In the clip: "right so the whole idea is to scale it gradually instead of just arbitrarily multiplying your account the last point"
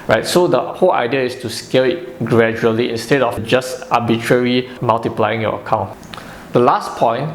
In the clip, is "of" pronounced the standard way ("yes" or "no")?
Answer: no